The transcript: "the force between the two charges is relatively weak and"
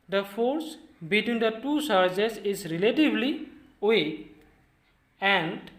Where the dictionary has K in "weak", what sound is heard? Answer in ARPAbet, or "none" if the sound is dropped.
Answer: none